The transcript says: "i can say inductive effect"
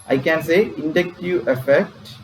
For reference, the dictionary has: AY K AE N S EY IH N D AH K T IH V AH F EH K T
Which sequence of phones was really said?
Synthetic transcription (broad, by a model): AY K AE N S EY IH N D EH K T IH AH F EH K T